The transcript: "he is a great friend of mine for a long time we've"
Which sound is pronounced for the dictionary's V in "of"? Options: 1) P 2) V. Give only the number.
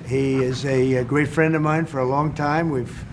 2